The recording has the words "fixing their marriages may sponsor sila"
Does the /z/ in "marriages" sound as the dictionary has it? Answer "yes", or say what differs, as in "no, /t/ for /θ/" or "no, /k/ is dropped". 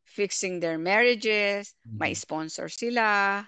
no, /s/ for /z/